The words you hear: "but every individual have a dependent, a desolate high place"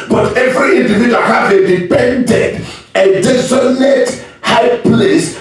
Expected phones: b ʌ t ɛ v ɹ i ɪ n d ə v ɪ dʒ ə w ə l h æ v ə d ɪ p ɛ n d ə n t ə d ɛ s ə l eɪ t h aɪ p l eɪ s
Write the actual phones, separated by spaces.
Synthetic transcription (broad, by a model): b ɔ t ɛ v ɹ i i n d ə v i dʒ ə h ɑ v ə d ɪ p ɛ n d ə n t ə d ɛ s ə n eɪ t h aɪ p l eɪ s